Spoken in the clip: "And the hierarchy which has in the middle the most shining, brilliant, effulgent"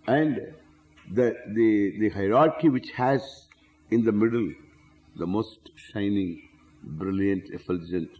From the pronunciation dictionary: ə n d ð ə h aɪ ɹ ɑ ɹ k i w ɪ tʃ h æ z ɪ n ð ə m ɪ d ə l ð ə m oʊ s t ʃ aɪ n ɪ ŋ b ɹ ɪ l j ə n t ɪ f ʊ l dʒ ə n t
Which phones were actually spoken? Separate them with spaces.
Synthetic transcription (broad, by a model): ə n d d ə h aɪ ɹ ɑ ɹ k i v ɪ tʃ h æ z ɪ n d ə m ɪ d ə l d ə m oʊ s t ʃ aɪ n ɪ ŋ b ɹ ɪ l j ə n t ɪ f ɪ l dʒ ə n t